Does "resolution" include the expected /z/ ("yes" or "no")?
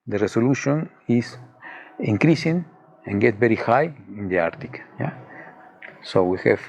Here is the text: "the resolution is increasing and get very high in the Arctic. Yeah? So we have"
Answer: no